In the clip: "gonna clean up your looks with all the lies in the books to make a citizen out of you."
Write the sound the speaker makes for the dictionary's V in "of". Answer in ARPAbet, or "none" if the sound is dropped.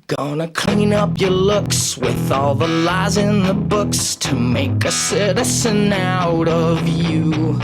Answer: V